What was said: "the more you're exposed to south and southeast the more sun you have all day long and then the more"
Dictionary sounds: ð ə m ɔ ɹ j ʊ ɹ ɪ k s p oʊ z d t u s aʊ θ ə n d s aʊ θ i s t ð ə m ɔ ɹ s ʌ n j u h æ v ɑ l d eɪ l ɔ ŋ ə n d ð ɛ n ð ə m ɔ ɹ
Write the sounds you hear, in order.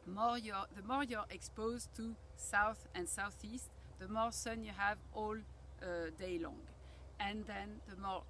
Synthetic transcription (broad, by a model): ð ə m ɔ ɹ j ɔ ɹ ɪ k s p oʊ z t u s aʊ θ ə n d s aʊ θ i s t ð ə m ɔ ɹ s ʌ n j u h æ v ɑ l d eɪ l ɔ ŋ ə n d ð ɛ n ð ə m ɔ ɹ